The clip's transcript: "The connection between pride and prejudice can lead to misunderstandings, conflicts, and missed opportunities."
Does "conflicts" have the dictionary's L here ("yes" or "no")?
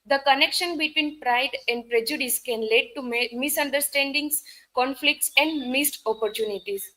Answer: yes